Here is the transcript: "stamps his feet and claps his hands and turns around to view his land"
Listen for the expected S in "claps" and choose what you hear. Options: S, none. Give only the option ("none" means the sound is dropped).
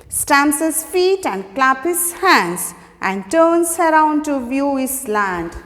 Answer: none